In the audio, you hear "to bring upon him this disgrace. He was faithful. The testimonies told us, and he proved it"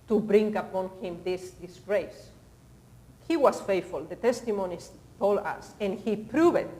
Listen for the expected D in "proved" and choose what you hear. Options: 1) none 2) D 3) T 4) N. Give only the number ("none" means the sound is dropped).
1